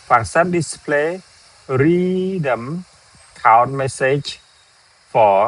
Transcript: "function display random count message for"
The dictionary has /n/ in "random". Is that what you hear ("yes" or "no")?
no